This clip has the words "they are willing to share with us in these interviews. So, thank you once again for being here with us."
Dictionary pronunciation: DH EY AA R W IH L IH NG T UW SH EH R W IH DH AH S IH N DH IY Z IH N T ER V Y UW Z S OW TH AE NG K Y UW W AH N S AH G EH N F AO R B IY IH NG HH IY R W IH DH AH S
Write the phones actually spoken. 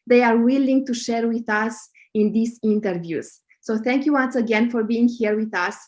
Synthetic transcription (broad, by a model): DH EY AA R W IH L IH NG T UW SH EH R W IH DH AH S IH N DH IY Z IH N T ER V Y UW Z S OW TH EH NG K Y UW W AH N S AH G EH N F AO R B IY IH NG HH IY R W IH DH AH S